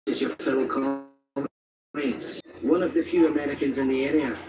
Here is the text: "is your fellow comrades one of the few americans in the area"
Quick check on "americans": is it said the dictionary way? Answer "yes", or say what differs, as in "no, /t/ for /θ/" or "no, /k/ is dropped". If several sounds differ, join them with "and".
yes